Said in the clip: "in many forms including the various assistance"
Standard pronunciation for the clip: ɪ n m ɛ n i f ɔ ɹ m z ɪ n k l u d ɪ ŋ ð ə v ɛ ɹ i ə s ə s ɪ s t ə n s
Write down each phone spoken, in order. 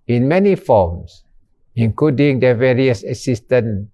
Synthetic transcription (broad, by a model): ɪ n m ɛ n i f ɔ m s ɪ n k l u d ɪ ŋ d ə v ɛ ɹ i ə s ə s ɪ s t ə n